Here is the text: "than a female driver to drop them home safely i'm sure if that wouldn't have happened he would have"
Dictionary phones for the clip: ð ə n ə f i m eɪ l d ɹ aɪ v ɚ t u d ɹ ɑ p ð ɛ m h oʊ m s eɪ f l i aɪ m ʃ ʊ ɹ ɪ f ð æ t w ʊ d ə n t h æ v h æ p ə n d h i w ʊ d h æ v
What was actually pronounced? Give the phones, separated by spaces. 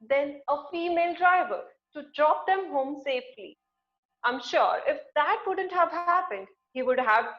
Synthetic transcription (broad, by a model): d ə n ə f i m eɪ l d ɹ aɪ v ɚ t u d ɹ ɑ p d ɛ m h oʊ m s eɪ f l i aɪ m ʃ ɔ ɹ ɪ f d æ t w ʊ d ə n t h æ v h æ p ə n d h i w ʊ d h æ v